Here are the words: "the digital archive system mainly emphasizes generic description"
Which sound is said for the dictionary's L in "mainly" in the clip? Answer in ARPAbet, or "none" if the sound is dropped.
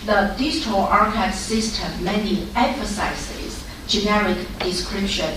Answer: none